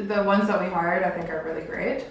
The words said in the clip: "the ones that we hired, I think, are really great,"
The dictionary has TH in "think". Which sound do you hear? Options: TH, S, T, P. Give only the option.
TH